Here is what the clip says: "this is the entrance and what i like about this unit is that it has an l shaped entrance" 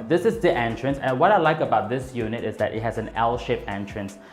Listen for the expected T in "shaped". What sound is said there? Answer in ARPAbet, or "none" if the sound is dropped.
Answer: none